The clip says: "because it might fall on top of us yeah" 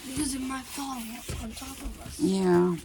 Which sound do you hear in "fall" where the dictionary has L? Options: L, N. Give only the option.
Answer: N